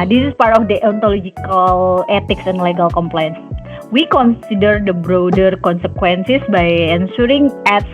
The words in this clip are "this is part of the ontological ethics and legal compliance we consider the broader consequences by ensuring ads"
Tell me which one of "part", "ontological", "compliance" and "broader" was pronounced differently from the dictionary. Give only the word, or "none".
none